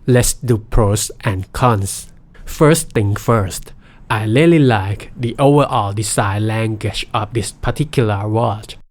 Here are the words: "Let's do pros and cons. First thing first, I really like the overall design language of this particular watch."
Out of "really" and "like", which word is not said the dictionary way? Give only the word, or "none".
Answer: really